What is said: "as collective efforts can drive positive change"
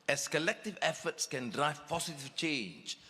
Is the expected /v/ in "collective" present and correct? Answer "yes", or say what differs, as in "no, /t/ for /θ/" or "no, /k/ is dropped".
yes